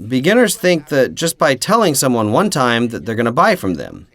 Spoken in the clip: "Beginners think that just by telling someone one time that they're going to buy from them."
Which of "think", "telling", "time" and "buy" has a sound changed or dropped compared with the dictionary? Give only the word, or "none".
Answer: none